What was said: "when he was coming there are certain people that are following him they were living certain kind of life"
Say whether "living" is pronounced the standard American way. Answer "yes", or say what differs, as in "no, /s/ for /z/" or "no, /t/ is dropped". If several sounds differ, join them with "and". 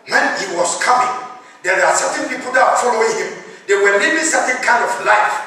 no, /b/ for /v/